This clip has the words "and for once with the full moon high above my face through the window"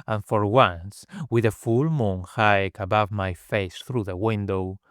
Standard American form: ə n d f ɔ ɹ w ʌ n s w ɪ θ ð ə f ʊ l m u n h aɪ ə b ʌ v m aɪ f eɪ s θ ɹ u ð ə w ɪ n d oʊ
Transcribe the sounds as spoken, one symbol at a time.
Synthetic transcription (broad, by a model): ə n f ɔ ɹ w ʌ n s w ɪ ð ə f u l m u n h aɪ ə b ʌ v m aɪ f eɪ s θ ɹ u ð ə w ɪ n d oʊ